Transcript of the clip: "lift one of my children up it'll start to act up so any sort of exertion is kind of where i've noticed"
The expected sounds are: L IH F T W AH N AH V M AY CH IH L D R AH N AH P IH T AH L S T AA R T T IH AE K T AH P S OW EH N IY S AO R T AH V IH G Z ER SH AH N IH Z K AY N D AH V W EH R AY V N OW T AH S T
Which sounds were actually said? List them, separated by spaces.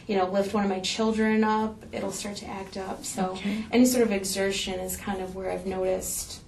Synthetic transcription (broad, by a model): L IH F T W AH N AH V M AY CH IH L D R AH N AH P IH T L S T AA R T T IH AE K T AH P S OW EH N IY S AO R T AH V IH G Z ER SH AH N IH Z K AY N D AH V W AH R AY V N OW T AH S T